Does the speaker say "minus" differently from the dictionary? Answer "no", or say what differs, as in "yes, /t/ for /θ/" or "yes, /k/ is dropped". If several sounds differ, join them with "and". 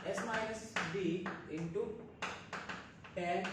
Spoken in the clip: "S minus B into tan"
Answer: yes, /n/ is dropped